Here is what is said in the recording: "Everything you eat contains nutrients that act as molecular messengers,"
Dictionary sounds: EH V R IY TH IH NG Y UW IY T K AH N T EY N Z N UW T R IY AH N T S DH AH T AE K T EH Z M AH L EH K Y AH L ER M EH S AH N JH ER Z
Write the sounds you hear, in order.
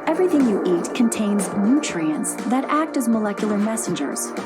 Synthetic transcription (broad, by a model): EH V R IY TH IH NG Y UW IY T K AH N T EY N Z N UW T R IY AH N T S DH AH T AE K T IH Z M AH L EH K Y L ER M EH S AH N JH ER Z